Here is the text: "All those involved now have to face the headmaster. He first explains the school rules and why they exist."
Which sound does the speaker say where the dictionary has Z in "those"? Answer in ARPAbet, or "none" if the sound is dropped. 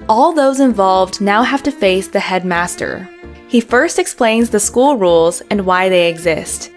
Z